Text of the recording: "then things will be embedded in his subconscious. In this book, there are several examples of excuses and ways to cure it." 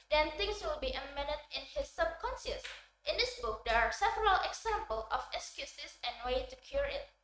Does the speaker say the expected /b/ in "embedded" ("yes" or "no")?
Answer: no